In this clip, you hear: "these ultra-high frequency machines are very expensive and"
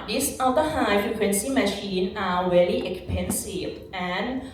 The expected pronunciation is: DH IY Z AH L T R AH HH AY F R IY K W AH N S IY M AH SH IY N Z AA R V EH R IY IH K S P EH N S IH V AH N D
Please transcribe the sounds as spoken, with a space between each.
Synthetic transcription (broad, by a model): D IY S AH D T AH HH AY F R IY K W AH N S IY M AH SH IY N AA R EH L IY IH K S P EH N S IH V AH N